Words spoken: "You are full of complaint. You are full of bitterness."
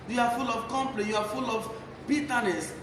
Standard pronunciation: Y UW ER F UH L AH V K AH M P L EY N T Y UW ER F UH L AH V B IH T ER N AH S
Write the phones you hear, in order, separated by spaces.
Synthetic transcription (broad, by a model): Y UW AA F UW L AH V K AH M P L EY T Y UW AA F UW L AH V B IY T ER N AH S